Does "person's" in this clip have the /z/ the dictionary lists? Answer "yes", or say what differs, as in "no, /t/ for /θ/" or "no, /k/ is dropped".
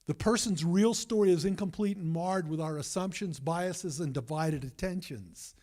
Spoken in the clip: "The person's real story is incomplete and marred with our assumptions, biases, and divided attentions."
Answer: yes